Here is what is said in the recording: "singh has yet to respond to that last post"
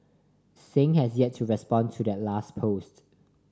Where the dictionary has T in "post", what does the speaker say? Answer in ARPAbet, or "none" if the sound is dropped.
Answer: T